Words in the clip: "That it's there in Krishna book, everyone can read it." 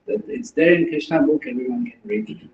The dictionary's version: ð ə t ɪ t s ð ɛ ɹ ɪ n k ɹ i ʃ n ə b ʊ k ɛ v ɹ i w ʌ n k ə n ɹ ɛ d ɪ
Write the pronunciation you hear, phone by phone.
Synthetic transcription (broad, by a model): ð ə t ɪ t s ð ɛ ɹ ɪ n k i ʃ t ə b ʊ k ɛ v ɹ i w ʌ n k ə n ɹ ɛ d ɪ